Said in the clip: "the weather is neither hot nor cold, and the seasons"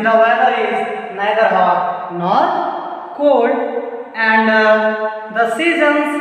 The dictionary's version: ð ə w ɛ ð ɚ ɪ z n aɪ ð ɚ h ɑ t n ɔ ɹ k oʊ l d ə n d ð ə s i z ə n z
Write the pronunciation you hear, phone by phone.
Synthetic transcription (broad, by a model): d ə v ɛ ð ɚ ɪ z n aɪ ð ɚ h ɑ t n ɔ ɹ k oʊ d ə n d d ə s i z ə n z